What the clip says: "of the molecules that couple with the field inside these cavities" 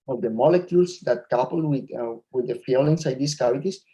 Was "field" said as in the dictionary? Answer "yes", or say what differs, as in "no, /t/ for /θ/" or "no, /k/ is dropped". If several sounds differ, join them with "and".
no, /d/ is dropped